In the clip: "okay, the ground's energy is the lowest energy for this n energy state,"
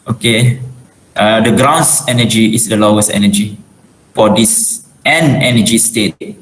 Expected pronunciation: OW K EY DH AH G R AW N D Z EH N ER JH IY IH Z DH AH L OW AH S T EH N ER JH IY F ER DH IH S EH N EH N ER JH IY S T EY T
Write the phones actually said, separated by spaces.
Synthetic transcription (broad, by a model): OW K EY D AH G R AW N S EH N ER JH IY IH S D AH L OW AH S T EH N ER JH IY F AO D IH S EH N EH N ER JH IY S T EY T